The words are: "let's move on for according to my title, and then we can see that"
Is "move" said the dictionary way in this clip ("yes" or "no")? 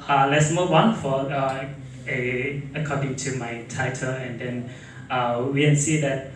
no